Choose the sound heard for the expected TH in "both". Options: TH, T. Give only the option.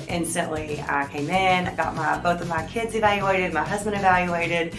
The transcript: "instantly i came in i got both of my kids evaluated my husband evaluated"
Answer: TH